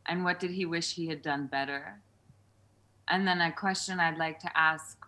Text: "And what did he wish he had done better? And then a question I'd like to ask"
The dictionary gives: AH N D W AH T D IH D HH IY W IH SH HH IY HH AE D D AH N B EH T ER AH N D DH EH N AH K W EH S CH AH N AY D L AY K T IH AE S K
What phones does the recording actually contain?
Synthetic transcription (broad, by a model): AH N W AH T D IH D IY W IH SH HH IY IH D D AH N B EH T ER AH N DH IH N AH K W EH S CH AH N AY D L AY K T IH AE S K